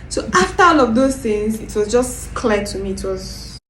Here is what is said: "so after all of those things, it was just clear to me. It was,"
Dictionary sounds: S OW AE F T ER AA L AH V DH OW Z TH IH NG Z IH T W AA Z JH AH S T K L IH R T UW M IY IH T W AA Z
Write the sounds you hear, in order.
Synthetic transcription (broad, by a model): S OW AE F T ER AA N AH V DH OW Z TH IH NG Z IH T W AA Z JH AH S K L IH T UW M IY T W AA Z